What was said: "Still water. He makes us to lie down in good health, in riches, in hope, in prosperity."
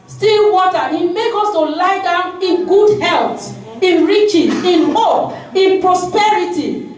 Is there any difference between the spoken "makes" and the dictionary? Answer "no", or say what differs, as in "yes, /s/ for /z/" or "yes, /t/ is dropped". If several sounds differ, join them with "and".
yes, /s/ is dropped